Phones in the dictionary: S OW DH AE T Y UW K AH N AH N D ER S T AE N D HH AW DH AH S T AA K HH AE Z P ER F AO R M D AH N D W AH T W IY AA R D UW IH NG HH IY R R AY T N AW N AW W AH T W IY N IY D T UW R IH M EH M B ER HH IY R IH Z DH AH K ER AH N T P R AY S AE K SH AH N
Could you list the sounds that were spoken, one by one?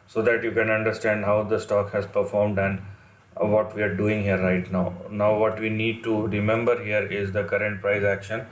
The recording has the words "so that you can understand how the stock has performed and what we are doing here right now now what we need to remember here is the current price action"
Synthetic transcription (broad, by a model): S OW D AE T Y UW K AH N AH N D ER S T AE N D HH AW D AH S T AA K HH AE Z P ER F AO R M D AH N D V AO T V IY AA R D UW IH NG HH IY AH R AY T N AW N AW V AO T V IY N IY D T UW R IH M EH M B ER HH IY R IH Z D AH K ER AH N T P R AY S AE K SH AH N